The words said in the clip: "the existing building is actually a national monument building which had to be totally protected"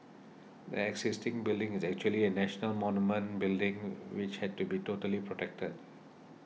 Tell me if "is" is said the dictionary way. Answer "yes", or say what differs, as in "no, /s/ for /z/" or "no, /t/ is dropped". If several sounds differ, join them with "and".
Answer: yes